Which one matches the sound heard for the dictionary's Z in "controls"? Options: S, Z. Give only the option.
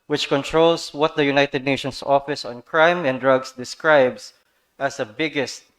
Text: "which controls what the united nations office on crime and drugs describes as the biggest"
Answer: S